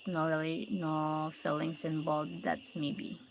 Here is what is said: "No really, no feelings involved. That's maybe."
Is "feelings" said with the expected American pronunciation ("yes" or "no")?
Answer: no